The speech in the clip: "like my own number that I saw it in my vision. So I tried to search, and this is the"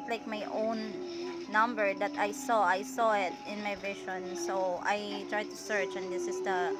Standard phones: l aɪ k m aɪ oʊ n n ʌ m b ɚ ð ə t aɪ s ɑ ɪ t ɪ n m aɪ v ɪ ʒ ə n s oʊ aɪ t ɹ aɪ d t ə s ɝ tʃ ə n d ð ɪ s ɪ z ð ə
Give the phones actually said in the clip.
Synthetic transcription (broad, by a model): l aɪ k m aɪ oʊ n n ʌ m b ɚ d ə t aɪ s ɑ ɪ t ɪ n m aɪ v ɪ ʃ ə n s oʊ aɪ t ɹ aɪ d t ə s ɝ tʃ ə n d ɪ s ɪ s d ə